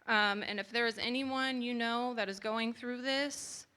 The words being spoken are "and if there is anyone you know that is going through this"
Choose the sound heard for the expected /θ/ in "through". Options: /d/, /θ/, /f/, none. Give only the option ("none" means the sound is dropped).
/θ/